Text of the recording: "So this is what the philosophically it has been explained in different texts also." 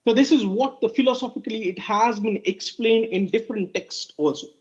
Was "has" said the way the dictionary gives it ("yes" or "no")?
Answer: yes